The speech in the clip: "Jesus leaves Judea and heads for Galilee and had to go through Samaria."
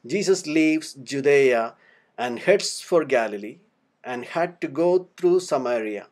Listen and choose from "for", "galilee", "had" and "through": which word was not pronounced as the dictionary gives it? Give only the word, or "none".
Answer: through